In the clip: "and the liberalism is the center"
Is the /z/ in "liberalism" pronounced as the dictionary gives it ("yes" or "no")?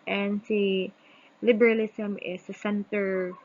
no